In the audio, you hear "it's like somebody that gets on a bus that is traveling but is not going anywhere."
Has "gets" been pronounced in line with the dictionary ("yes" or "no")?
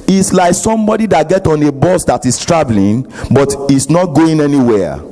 no